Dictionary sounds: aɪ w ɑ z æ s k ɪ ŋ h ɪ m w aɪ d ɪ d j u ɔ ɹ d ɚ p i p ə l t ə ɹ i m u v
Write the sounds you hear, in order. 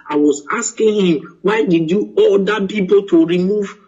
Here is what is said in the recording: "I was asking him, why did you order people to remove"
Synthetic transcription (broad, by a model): aɪ w ɑ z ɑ s k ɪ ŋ h ɪ m w aɪ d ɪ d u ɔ l d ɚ p i p ə l t ə ɹ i m u v